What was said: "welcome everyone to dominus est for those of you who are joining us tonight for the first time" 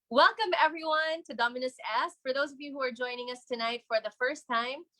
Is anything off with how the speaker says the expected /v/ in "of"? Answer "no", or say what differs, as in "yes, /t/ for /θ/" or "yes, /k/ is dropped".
no